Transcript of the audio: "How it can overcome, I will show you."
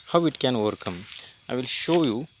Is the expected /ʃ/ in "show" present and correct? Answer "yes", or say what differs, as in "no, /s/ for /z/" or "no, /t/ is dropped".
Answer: yes